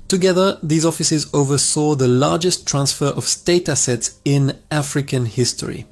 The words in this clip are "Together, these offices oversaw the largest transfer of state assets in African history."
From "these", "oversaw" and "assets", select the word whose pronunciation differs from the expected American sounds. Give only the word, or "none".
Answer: none